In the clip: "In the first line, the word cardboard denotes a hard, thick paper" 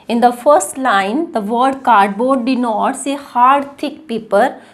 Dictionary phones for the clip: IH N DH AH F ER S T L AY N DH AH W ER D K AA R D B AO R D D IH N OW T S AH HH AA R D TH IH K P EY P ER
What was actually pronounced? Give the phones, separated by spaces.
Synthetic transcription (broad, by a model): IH N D AH F ER S T L AY N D AH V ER D K AA R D B AO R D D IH N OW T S AH HH AA R D T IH K P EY P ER